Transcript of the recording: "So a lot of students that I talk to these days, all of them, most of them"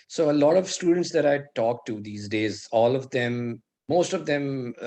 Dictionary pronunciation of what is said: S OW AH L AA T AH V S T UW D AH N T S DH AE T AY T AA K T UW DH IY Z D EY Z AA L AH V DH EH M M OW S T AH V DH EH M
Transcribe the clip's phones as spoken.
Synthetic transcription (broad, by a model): S OW AH L AA T AH V S T UW D AH N T S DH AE T AY T AA K T UW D IY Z D EY Z AA L AH V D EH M M OW S T AH V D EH M